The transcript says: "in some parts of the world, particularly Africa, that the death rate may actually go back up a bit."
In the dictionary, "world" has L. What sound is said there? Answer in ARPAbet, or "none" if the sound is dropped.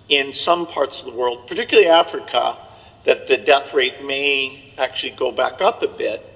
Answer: L